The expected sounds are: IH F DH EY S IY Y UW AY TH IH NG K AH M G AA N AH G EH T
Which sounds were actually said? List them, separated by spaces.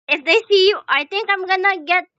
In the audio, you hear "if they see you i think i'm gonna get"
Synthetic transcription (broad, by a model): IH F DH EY S IY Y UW AY T IH NG K AH M G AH N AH G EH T